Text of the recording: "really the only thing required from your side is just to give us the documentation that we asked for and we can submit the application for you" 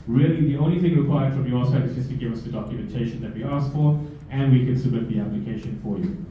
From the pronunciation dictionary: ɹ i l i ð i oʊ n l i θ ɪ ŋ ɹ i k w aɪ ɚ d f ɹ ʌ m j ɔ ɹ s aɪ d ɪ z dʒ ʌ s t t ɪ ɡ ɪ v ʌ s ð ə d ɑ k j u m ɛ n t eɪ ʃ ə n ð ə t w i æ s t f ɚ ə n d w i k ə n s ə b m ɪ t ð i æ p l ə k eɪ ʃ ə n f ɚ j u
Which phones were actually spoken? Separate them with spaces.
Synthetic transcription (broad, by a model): ɹ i l i ð i oʊ n l i θ ɪ ŋ ɹ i k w aɪ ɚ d f ɹ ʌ m j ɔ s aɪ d ɪ z dʒ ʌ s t t ɪ ɡ ɪ v ʌ s ð ə d ɑ k j u m ɛ n t eɪ ʃ ə n ð ə t w i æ s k f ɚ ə n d w i k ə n s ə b m ɪ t ð i æ p l ə k eɪ ʃ ə n f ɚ j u